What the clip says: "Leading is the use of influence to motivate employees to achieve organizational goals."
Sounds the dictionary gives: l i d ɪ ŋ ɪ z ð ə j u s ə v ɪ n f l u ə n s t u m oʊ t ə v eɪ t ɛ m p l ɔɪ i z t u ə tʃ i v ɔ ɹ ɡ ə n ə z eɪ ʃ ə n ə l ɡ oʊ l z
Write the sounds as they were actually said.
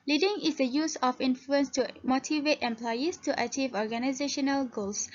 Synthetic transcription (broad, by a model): l i d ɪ ŋ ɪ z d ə j u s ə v ɪ n f l u ə n s t u m oʊ t ə v eɪ t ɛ m p l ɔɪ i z t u ə tʃ i v ɔ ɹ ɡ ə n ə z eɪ ʃ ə n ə l ɡ oʊ l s